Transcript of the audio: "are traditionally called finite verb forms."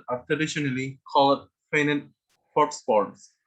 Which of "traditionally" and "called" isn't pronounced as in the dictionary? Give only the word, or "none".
none